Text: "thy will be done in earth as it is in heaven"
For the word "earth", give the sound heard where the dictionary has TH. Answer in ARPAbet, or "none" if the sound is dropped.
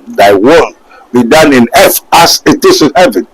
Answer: F